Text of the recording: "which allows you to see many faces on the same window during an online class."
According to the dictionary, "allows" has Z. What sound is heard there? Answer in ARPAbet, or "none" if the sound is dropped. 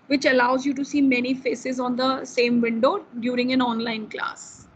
Z